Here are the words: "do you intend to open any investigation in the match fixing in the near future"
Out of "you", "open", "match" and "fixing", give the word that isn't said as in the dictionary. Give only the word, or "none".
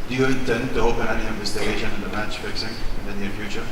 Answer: none